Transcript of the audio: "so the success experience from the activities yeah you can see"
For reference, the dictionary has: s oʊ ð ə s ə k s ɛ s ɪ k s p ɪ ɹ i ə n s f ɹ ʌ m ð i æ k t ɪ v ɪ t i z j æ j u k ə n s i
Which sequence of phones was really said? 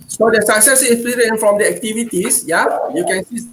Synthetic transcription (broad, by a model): s oʊ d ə s ə k s ɛ s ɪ s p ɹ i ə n f ɹ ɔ m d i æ k t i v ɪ t i s j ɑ j u k ə n s i